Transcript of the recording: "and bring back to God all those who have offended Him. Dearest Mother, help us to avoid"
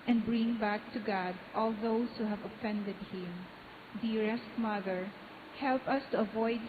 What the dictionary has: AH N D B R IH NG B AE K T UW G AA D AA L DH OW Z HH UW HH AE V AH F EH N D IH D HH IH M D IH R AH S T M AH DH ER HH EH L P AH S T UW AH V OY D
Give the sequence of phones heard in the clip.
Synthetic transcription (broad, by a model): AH N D B R IH NG B AE K T UW G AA D AA L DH OW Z HH UW HH AE V AH F EH N D IH D HH IH M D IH R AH S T M AH DH ER HH EH L P AH S T UW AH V OY D